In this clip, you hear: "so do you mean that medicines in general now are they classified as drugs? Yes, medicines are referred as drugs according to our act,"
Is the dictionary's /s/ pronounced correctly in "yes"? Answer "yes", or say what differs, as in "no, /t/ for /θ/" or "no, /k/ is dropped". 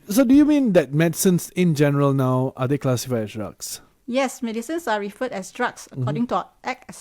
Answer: yes